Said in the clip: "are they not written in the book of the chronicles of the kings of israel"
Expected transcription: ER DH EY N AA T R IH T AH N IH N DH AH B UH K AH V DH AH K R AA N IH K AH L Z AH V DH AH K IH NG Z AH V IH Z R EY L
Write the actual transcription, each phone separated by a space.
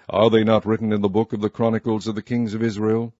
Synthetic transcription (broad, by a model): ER DH EY N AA T R IH T N IH N DH AH B UH K AH V DH AH K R AA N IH K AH L Z AH V DH AH K IH NG Z AH V IH Z R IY L